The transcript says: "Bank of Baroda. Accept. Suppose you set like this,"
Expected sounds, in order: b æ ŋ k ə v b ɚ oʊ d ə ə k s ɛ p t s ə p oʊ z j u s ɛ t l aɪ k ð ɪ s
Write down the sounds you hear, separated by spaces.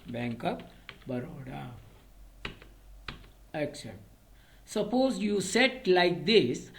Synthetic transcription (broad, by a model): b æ ŋ k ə p b ɚ oʊ d ə ə k s ɛ p t s ə p oʊ z j u s ɛ t l aɪ k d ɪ s